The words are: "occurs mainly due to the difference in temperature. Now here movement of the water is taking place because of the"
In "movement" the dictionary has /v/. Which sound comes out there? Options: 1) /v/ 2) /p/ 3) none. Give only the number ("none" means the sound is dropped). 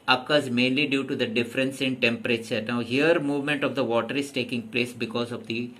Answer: 1